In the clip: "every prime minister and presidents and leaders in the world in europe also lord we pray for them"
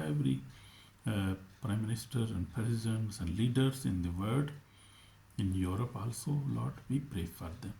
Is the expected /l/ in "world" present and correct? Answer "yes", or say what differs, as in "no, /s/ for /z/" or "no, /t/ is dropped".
no, /l/ is dropped